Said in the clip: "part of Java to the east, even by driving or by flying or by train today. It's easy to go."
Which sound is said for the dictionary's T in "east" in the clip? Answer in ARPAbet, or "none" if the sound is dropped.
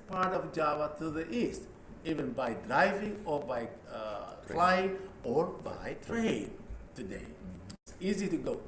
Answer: T